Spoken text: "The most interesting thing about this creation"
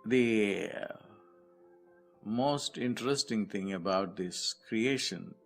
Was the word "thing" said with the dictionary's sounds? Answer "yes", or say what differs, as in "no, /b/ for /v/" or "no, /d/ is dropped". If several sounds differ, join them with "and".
no, /t/ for /θ/